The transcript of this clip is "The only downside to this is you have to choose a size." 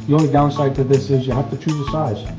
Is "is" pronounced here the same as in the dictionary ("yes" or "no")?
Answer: yes